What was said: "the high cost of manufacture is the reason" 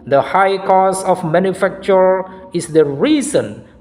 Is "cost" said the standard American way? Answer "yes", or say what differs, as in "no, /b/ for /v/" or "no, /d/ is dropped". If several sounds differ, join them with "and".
no, /t/ is dropped